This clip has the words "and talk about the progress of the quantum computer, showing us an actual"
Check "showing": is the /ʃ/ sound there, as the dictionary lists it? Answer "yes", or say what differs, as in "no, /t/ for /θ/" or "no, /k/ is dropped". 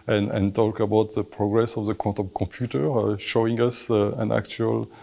yes